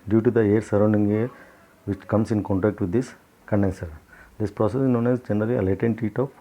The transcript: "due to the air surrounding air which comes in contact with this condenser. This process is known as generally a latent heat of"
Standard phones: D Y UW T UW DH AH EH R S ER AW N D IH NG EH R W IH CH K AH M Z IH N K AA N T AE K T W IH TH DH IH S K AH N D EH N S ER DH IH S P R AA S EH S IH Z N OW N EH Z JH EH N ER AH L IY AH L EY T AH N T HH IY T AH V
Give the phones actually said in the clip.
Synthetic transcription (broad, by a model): D Y UW T UW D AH EH R S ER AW N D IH NG EH R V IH CH K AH M S IH N K AA N T AE K T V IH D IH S K AH N D EH N S ER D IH S P R AA S EH S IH N OW N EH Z JH EH N ER AH L IY AH L EY T AH N T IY T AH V